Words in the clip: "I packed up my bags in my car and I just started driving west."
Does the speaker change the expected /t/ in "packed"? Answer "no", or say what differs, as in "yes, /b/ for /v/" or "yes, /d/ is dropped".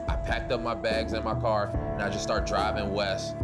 no